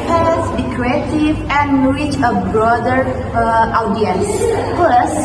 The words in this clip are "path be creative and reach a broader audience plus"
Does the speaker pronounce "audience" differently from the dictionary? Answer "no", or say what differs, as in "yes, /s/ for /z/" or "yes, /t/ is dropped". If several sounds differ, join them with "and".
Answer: no